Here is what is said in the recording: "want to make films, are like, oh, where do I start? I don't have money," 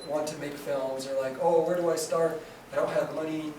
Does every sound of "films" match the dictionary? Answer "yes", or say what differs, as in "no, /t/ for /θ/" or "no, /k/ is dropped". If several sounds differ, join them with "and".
yes